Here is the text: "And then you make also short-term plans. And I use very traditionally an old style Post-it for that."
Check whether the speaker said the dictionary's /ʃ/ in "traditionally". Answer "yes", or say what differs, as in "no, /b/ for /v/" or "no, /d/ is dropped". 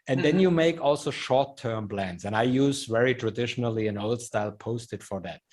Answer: yes